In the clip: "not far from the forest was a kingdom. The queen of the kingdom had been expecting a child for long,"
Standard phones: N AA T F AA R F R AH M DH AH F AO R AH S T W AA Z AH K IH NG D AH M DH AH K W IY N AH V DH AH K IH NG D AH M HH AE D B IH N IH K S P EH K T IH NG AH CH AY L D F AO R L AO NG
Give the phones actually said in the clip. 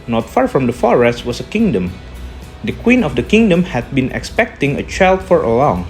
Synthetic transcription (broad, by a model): N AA T F AA R F R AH M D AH F AO R AH S T W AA S AH K IH NG D AH M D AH K W IY N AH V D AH K IH NG D AH M HH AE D B IH N IH K S P EH K T IH NG AH CH AY L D F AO R L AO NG